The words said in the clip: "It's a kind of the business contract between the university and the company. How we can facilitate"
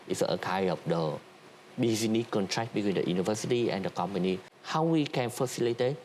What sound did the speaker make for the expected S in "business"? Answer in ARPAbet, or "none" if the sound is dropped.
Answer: none